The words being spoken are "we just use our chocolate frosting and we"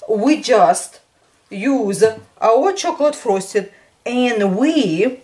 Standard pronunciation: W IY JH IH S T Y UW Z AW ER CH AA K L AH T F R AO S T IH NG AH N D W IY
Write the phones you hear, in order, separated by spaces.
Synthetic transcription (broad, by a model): W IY JH IH S T Y UW Z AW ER CH AA K L AH T F R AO S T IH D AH N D W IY